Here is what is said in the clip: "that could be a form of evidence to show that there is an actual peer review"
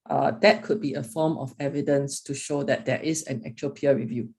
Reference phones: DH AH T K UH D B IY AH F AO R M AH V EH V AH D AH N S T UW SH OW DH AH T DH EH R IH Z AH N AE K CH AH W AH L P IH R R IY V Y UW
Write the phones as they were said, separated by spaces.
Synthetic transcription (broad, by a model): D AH T K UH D B IY AH F AO M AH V EH V AH D AH N S T UW SH OW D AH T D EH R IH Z AH N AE K CH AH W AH L P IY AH R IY V Y UW